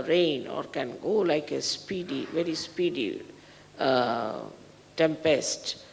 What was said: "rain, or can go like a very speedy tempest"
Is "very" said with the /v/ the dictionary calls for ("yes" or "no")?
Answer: yes